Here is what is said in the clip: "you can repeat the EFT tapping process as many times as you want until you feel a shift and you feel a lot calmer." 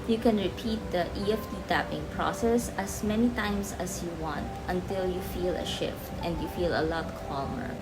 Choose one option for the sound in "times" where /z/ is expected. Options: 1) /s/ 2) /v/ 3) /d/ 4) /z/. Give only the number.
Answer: 1